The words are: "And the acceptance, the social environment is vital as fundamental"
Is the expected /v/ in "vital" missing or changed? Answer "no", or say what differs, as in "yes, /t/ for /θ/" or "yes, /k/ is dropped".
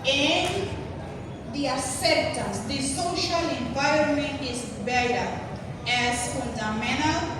yes, /b/ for /v/